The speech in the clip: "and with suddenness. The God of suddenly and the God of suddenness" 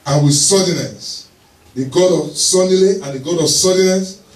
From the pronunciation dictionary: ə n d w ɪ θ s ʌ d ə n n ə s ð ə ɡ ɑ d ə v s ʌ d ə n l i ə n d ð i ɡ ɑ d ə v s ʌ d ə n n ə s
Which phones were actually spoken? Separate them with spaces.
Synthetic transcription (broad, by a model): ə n w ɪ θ s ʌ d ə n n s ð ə ɡ ɑ d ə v s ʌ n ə l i ə n d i ɡ ɑ d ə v s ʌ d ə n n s